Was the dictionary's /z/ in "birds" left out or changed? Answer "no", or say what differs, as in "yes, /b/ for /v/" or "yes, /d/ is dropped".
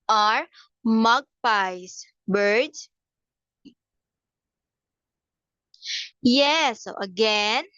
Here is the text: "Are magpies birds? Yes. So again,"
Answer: yes, /z/ is dropped